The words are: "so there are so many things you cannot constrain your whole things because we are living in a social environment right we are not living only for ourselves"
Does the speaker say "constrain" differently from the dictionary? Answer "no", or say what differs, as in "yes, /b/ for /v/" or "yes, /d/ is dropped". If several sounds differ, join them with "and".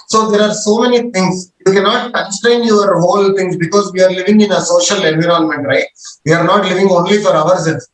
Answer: yes, /n/ is dropped and /ɹ/ is dropped